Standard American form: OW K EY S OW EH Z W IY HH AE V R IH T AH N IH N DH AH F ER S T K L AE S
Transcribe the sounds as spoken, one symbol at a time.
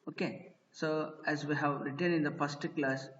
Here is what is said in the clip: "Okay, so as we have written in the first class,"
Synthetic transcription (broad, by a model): OW K EY S OW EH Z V IY HH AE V R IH T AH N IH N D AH P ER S T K L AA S